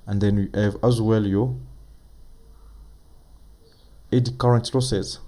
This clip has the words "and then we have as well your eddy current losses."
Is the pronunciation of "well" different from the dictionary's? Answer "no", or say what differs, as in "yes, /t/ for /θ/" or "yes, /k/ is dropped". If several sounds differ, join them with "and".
no